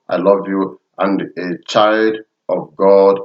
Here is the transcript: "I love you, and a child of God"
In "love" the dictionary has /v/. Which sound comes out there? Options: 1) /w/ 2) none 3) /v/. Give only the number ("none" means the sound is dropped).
3